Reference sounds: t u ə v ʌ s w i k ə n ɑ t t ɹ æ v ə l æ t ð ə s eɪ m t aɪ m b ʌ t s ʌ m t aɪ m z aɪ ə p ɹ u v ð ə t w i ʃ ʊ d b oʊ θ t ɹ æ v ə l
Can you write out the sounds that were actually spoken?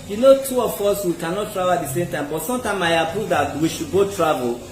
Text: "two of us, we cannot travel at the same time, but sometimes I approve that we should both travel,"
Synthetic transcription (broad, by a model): t u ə f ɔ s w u k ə n ɑ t t ɹ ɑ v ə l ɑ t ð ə s eɪ m t aɪ m b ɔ t s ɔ m t aɪ m aɪ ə p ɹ u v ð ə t w i ʃ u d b oʊ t ɹ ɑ v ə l